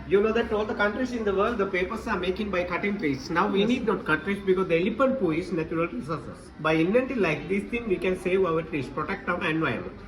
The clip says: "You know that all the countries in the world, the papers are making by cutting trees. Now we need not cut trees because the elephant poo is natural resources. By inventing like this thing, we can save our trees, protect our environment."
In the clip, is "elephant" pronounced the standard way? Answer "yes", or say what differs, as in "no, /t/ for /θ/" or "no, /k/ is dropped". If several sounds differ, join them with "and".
no, /p/ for /f/